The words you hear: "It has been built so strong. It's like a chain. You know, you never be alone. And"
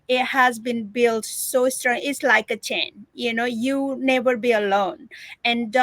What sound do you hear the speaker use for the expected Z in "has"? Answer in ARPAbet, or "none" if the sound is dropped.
Z